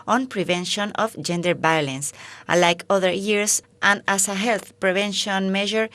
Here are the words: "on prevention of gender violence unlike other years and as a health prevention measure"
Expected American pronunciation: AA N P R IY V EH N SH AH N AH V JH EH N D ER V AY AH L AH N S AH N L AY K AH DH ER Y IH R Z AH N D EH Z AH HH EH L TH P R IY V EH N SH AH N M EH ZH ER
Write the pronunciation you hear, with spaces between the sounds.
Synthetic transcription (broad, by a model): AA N P R IY V EH N SH AH N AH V JH EH N D ER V AY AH L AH N S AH L AY K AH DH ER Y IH R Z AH N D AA S AH HH EH L TH P R IY V EH N SH AH N M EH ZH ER